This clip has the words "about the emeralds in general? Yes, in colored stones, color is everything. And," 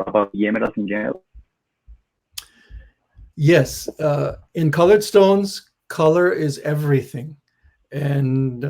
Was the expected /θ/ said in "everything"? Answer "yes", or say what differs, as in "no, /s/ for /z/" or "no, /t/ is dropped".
yes